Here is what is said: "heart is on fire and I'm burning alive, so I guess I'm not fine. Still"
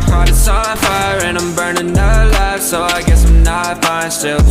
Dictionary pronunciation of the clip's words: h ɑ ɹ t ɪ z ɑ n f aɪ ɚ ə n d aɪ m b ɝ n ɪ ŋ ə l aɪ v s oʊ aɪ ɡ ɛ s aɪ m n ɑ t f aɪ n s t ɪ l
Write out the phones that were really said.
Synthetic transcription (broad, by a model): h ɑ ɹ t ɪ s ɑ l f aɪ ɚ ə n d aɪ m b ɝ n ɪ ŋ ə l aɪ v s oʊ aɪ ɡ ɛ s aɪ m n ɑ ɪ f aɪ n s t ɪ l